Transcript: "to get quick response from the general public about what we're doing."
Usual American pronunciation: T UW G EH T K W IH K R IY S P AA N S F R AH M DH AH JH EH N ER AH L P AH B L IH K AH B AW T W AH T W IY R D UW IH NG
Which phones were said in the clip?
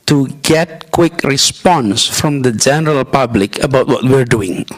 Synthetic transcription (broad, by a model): T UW G EH T K W IH K R IY S P AA N S F R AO M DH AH JH EH N ER AH L P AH B L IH K AH B AW T W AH T W IY R D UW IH NG